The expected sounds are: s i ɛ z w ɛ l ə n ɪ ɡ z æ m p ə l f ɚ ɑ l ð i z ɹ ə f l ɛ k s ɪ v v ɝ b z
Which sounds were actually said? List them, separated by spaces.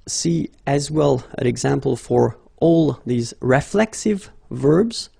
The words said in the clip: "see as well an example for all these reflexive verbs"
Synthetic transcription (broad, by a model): s i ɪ z w ɛ l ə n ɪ ɡ z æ m p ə l f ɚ ɑ l ð i z ɹ ə f l ɛ k s ɪ v v ɝ b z